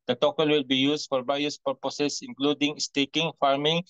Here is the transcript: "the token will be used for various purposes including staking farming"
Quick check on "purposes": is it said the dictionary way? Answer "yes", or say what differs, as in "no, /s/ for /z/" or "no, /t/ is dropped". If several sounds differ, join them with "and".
no, /s/ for /z/